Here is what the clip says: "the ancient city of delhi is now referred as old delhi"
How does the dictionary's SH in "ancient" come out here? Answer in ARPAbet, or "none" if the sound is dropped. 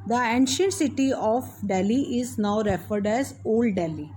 SH